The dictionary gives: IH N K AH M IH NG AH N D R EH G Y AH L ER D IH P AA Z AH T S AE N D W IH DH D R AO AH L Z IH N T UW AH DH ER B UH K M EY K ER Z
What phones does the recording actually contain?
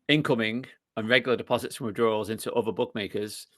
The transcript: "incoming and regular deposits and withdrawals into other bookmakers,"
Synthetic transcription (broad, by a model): IH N K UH M IH NG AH N R EH G Y L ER D IH P AA Z AH T S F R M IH D R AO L Z IH N T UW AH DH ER B UH K M EY K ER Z